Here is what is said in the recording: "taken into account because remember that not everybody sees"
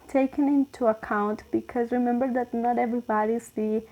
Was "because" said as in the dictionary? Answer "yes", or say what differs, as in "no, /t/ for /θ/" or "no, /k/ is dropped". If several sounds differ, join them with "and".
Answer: yes